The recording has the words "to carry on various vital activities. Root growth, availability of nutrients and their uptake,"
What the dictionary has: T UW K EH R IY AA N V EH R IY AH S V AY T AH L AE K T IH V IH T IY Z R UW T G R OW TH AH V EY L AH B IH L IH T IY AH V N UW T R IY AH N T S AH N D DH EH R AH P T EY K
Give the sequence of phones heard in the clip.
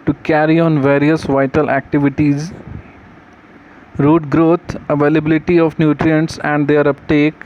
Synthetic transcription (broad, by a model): T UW K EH R IY AA N V EH R IY AH S V AY T AH L AE K T IH V IH T IY Z R UW T G R OW T AH V EY L AH B IH L IH T IY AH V N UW T R IY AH N T S AH N D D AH R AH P T EY K